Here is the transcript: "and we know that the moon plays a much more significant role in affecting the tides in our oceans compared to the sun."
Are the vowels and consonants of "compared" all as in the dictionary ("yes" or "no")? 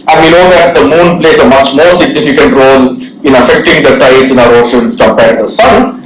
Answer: no